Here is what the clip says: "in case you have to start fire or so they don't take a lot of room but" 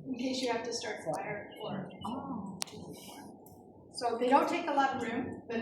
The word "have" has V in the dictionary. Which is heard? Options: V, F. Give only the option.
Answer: F